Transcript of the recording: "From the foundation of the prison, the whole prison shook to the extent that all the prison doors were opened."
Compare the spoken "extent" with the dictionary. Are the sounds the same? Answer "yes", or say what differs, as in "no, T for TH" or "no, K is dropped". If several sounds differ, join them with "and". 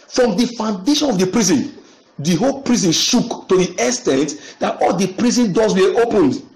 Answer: no, K is dropped